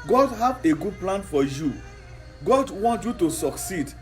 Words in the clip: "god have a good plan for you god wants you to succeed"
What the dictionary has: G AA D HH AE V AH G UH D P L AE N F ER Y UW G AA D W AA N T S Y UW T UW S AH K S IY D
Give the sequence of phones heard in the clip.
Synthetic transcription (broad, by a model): G AA D HH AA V AH G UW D P L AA N F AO Y UW G AA D W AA N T Y UW T UW S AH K S IY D